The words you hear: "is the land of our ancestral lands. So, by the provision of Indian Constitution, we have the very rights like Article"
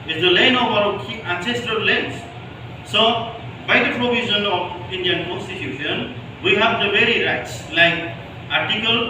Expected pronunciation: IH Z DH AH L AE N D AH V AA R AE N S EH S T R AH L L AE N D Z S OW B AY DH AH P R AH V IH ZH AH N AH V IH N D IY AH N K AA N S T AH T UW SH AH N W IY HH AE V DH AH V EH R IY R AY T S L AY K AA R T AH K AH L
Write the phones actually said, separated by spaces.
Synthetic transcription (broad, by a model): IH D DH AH L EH N AH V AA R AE N S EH S T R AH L L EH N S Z S OW B AY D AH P R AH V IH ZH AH N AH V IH N D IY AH N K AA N S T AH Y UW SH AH N W IY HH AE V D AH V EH R IY R AY T S L AY K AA R T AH K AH L